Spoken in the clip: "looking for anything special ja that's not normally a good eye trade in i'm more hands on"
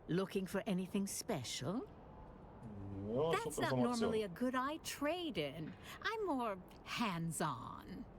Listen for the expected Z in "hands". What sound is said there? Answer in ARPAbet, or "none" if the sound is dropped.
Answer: Z